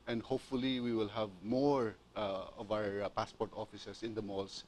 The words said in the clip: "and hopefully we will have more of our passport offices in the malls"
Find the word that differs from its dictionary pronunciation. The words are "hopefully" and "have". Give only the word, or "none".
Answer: none